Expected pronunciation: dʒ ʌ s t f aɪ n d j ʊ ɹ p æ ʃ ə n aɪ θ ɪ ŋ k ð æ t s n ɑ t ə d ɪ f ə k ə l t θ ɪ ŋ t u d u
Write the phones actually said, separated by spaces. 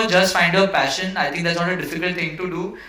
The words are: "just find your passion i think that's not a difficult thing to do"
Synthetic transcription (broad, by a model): dʒ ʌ s t f aɪ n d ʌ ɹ p æ ʃ ə n aɪ t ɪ ŋ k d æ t s n ɑ t ə d ɪ f ə k ə l t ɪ ŋ t u d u